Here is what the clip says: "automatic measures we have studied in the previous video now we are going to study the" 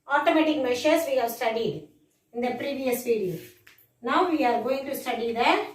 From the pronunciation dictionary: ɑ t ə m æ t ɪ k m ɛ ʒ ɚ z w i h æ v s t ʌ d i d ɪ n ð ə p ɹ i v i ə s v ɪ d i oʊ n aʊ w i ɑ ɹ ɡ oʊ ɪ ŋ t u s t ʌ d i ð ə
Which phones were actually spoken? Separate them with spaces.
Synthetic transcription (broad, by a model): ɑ t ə m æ t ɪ k m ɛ ʃ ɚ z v i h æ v s t ʌ d i d ɪ n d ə p ɹ i v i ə s p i d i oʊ n aʊ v i ɑ ɹ ɡ oʊ ɪ ŋ t u s t ʌ d i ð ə